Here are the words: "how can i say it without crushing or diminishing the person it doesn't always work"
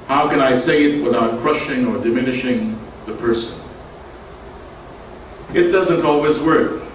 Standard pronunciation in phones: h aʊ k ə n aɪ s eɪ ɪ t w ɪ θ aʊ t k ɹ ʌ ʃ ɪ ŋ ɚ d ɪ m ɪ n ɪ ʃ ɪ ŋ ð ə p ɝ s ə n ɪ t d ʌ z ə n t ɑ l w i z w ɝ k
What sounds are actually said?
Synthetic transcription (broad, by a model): h aʊ k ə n aɪ s eɪ ɪ t w ɪ θ aʊ t k ɹ ʌ ʃ ɪ ŋ ɚ d ɪ m ɪ n ɪ ʃ ɪ ŋ ð ə p ɝ s ə n ɪ t d ʌ z ə n t ɑ l w i z w ɝ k